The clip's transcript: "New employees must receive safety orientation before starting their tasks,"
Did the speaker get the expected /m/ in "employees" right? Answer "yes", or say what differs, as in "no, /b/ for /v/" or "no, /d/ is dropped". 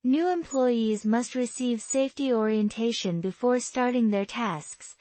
yes